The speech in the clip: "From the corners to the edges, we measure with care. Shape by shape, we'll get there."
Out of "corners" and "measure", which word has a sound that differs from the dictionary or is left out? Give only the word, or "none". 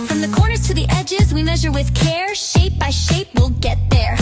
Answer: none